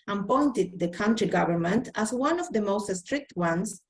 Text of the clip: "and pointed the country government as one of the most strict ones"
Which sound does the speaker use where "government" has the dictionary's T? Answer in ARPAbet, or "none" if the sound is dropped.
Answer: T